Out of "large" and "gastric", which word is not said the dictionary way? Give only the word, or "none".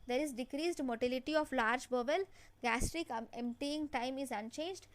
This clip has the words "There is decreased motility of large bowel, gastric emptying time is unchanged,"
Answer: none